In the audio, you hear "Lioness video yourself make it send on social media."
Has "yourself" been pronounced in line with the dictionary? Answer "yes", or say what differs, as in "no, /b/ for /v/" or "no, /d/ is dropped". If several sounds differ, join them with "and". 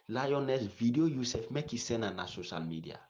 no, /l/ is dropped